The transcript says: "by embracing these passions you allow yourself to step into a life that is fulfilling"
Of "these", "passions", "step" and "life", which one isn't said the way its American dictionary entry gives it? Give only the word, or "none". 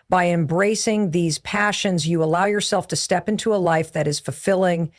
none